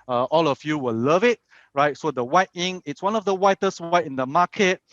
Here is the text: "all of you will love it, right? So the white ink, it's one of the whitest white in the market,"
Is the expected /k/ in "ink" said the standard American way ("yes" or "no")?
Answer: no